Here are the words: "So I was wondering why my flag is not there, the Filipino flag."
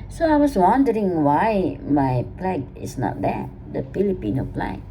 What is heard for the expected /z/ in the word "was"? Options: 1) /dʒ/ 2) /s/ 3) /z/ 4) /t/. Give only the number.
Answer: 2